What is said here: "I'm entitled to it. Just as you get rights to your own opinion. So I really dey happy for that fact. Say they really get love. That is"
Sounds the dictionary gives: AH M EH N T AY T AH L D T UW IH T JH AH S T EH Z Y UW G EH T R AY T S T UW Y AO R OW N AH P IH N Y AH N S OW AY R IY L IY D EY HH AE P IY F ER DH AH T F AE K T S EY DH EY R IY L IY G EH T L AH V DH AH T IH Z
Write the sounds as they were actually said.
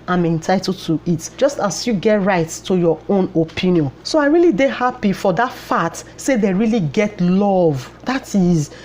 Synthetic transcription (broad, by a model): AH M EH N T AY T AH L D T UW IH T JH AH S T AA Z Y UW G EH T R AY T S T UW Y AO OW N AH P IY N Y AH N S OW AY R IY L IY D EY HH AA P IY F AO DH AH T F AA T S EY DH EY R IY L IY G EH T L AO V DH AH T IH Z